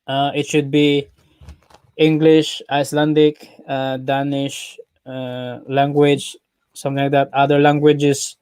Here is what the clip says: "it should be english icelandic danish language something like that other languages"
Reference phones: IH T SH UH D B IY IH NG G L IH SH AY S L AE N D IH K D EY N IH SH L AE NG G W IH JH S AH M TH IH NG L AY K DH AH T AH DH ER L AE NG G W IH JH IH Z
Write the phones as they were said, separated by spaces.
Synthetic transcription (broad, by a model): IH T SH UH D B IY IH NG G L IH SH AY S L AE N D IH K D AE N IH SH L AE NG G W IH JH S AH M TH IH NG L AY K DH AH T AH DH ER L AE NG G W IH JH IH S